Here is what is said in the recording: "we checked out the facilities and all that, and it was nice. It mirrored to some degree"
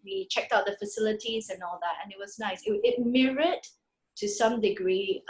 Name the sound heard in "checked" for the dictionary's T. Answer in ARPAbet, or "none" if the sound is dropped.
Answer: T